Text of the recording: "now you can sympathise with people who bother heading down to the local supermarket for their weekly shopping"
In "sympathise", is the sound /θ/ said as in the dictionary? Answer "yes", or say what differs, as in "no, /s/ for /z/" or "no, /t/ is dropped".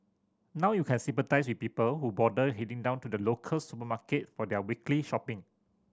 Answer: no, /t/ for /θ/